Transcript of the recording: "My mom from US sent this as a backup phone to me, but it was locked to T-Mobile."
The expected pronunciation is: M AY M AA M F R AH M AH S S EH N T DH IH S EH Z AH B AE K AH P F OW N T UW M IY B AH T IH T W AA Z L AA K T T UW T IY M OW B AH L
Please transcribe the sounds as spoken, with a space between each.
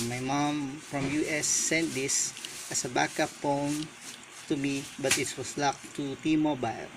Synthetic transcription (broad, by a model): M AY M AA M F R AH M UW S S EH N T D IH S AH S AH B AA K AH P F OW N T UW M IY B AH T IH T W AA S L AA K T T UW T IY M OW B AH L